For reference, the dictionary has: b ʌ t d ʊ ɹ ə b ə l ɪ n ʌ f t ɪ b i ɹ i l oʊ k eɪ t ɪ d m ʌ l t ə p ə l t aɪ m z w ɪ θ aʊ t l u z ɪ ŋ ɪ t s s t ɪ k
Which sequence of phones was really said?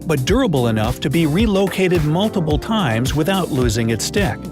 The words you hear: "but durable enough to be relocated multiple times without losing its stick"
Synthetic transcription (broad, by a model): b ʌ t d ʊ ɹ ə b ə l ɪ n ʌ f t ɪ b i ɹ i l oʊ k eɪ t ɪ d m ʌ l t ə p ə l t aɪ m z w ɪ θ aʊ t l u z ɪ ŋ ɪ t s s t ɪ k